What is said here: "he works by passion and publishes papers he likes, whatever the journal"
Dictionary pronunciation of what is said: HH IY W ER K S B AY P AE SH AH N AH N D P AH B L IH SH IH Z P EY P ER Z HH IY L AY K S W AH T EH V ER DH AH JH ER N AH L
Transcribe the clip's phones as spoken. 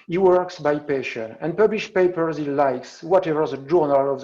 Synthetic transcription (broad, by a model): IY W ER K S B AY P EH SH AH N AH N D P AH B L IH SH P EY P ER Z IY L AY K S W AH T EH V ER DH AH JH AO N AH L